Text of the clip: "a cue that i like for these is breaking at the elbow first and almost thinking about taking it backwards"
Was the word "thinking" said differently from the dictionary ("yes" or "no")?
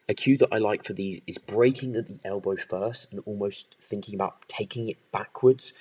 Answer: no